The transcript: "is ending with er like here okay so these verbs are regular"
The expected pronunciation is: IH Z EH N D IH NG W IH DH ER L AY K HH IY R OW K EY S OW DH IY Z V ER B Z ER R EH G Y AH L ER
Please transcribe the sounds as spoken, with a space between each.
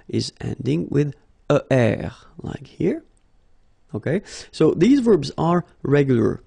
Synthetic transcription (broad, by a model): IH Z EH N D IH NG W IH DH ER L AY K HH IY R OW K EY S OW DH IY Z V ER B Z ER R EH G Y L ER